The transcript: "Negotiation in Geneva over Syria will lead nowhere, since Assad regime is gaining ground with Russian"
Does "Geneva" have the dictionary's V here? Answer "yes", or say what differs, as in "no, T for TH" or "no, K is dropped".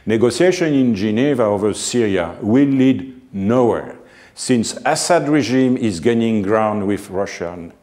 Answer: yes